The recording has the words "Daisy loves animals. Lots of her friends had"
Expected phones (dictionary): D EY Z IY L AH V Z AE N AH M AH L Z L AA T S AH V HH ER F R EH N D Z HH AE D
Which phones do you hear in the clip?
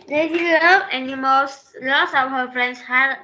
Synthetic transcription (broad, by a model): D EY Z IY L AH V EH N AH M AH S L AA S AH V HH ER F R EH N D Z HH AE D